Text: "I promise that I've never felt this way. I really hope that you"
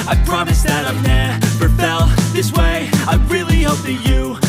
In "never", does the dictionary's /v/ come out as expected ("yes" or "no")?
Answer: no